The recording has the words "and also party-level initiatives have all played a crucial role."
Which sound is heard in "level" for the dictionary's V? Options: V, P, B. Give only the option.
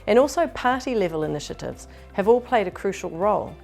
V